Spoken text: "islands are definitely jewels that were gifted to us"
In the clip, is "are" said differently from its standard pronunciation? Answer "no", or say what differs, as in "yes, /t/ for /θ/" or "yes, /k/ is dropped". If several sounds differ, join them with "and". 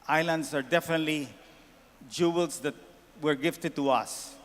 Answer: no